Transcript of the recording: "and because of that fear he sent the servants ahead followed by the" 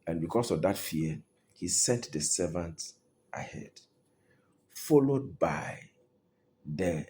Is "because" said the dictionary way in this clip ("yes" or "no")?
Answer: no